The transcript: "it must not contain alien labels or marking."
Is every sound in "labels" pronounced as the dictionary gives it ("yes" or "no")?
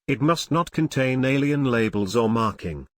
yes